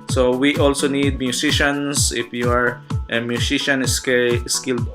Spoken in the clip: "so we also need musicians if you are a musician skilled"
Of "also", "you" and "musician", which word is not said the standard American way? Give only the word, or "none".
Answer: musician